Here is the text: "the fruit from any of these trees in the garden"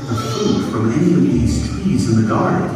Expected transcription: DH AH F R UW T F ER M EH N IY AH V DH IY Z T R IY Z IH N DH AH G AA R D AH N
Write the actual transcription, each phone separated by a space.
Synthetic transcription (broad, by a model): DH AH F UW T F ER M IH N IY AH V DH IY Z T W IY Z IH N DH AH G AA R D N